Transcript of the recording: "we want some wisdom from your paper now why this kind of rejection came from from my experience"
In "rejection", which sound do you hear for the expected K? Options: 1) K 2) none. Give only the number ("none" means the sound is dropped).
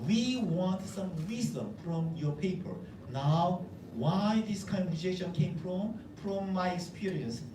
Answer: 2